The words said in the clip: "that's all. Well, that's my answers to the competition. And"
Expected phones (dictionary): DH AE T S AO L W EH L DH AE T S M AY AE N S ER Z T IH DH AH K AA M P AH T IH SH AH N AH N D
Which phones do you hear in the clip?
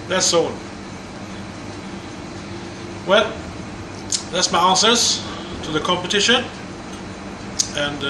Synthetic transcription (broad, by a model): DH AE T S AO N W EH L DH AE T S M AY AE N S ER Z T IH DH AH K AA M P AH T IH SH AH N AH N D